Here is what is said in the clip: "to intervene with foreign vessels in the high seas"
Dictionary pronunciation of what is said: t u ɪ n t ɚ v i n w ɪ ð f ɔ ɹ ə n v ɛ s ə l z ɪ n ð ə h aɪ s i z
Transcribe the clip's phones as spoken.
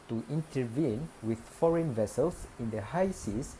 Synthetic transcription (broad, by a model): t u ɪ n t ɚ v i n w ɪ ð f ɔ ɹ ə n v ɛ s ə l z ɪ n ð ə h aɪ s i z